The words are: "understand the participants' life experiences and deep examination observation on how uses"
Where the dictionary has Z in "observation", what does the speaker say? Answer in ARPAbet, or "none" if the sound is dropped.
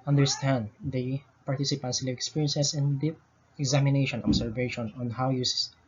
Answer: S